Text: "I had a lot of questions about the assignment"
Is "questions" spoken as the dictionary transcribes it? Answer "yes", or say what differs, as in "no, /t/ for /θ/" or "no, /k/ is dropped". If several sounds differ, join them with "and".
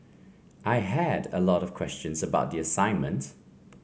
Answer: yes